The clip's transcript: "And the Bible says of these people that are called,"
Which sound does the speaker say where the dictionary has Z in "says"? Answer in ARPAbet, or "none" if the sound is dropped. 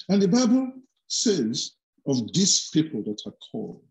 Z